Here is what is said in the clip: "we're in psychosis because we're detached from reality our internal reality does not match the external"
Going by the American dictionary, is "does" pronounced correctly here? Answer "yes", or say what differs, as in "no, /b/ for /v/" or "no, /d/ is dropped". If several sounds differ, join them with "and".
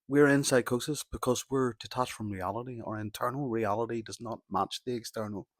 yes